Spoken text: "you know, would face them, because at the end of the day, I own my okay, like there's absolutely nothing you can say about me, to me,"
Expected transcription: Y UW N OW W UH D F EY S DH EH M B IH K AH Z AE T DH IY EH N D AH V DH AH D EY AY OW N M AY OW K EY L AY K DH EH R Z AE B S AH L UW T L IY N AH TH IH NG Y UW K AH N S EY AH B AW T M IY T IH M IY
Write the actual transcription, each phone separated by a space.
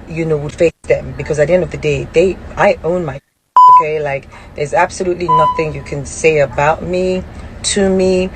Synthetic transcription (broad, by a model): Y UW N OW W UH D F EY S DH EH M B IH K AH Z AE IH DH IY EH N D AH V DH AH D EY AY OW N M AY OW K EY L AY K DH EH R Z AE B S AH L UW T L IY N AH TH IH NG Y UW K AH N S EY AH B AW T M IY T IH M IY